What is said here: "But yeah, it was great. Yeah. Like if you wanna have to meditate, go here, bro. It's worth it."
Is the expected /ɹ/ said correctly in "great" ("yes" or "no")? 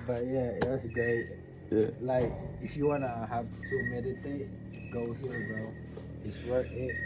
no